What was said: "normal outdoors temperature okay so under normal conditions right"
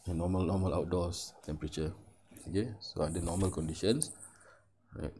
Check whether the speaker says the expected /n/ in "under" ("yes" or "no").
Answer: no